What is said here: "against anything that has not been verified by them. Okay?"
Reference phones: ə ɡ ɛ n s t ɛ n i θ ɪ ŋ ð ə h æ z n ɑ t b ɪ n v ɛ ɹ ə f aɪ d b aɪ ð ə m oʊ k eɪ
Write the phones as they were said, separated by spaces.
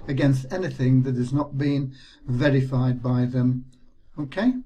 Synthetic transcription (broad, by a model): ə ɡ ɛ n s t ɛ n i θ ɪ ŋ ð ə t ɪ z n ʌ t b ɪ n v ɛ ɹ ə f aɪ d b aɪ ð ə m oʊ k eɪ